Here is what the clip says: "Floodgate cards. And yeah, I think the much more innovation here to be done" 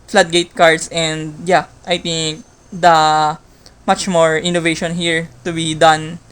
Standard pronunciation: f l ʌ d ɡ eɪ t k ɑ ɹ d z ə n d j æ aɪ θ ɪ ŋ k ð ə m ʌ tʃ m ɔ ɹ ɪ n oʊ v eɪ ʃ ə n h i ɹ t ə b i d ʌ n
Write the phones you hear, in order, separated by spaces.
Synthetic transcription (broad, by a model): f l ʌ d ɡ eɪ t k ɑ ɹ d s ə n d j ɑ aɪ t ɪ ŋ k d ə m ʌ tʃ m ɔ ɹ ɪ n oʊ v eɪ ʃ ə n h i ɹ t ə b i d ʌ n